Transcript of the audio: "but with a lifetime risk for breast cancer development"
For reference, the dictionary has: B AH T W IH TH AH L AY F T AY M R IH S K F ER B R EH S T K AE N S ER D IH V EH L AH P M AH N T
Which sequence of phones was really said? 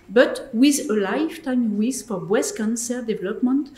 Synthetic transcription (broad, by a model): B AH T W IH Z AH L AY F T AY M W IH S F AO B W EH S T K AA N S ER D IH V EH L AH P M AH N T